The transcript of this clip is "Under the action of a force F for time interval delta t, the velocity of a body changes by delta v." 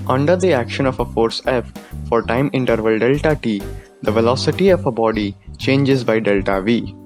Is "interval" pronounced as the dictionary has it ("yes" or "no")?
yes